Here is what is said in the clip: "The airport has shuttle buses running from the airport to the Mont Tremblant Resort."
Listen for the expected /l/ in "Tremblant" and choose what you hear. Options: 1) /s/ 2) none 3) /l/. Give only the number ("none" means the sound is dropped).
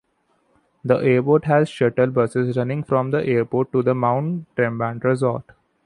2